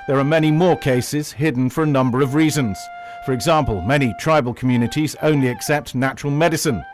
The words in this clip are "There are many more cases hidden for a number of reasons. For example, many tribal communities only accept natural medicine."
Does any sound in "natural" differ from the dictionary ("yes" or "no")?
no